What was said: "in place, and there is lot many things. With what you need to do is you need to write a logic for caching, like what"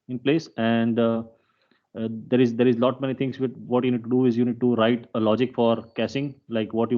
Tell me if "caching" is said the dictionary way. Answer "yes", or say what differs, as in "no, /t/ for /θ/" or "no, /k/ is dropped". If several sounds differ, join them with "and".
no, /s/ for /ʃ/